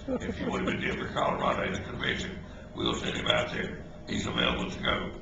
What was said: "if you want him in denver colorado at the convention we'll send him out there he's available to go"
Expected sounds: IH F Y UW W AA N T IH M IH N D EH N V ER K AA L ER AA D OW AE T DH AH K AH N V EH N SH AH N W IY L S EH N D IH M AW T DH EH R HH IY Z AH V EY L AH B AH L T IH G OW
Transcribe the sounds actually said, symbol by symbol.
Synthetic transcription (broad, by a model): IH F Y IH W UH T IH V IH N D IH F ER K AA L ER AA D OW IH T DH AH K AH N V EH SH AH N W IY L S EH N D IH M AW T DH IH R HH IY Z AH V EY L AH B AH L T IH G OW